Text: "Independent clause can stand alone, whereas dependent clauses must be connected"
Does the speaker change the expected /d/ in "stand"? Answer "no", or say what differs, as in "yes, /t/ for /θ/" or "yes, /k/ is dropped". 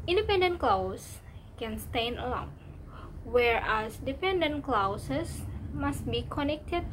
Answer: yes, /d/ is dropped